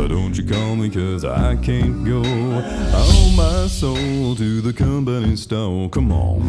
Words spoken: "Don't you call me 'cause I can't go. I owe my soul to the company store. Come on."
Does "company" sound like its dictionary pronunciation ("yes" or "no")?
no